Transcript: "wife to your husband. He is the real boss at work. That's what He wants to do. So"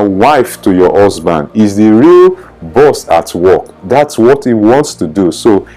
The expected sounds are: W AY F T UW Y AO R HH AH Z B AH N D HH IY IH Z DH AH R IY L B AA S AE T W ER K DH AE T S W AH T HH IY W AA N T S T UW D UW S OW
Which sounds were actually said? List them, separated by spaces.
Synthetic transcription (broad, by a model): W AY F T UW Y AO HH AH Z B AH N D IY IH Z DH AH R IY L B AA S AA T W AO K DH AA T S W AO T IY W AA N T S T UW D UW S OW